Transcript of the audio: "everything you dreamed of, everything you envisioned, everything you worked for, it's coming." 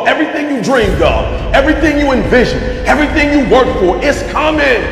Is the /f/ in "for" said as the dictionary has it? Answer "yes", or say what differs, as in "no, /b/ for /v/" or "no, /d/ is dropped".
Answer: yes